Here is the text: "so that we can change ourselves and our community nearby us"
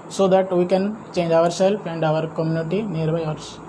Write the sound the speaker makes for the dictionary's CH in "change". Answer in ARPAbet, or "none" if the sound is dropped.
CH